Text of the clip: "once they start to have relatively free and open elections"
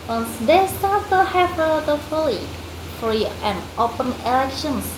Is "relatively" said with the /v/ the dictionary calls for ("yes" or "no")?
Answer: no